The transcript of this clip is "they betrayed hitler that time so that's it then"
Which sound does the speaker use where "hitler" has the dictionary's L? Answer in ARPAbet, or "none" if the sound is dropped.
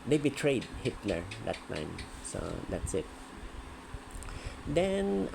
L